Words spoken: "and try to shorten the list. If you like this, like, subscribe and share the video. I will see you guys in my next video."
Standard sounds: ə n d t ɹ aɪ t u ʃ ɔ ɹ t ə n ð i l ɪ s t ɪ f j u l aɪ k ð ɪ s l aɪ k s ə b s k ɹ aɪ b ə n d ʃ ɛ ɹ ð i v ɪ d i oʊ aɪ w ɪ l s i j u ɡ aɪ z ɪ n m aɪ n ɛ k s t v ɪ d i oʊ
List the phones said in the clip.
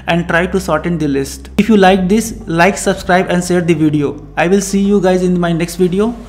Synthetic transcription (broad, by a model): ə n d t ɹ aɪ t u s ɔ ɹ t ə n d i l ɪ s t ɪ f j u l aɪ k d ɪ s l aɪ k s ə b s k ɹ aɪ b ə n d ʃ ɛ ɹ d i v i d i oʊ aɪ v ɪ l s i j u ɡ aɪ z ɪ n m aɪ n ɛ k s t v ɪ d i oʊ